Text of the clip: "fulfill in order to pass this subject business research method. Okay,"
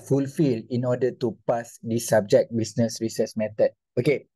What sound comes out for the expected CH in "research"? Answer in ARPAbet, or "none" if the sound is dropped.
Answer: S